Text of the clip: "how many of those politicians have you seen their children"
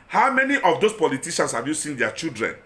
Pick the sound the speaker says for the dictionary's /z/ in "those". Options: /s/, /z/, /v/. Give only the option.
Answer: /s/